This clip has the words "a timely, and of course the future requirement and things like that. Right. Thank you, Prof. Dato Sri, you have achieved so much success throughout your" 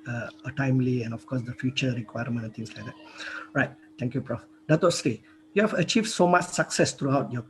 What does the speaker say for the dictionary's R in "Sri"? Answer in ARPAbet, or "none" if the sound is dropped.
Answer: none